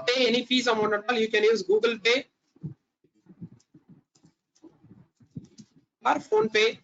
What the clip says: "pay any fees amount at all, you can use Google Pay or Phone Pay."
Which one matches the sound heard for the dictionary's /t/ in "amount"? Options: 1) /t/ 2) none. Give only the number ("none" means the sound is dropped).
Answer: 2